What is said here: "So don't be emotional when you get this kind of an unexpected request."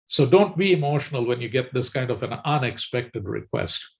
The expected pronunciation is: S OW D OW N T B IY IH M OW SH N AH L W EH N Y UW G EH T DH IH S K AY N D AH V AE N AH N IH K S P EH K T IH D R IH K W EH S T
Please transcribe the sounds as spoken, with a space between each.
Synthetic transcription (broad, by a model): S OW D OW N T B IY IH M OW SH N AH L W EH N Y UW G EH T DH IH S K AY N D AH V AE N AH N IH K S P EH K T IH D R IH K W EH S T